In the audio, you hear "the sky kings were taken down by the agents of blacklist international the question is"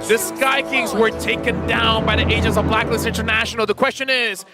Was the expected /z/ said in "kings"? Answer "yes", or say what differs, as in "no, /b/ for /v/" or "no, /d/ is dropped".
yes